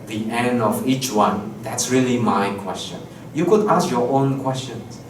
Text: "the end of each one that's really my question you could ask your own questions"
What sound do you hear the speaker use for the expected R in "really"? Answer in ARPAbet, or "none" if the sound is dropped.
R